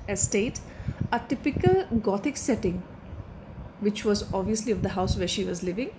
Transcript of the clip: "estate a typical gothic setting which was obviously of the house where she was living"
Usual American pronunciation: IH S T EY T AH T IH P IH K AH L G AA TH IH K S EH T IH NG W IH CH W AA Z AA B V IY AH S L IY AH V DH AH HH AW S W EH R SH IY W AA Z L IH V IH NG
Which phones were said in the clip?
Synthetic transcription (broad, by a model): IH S T EY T AH T IH P IH K AH L G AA T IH K S EH T IH NG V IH CH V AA Z AA B V IY AH S L IY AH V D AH HH AW S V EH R SH IY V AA Z L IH V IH NG